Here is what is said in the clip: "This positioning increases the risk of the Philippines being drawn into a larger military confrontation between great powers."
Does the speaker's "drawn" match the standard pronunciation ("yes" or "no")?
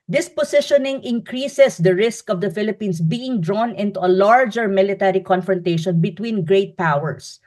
yes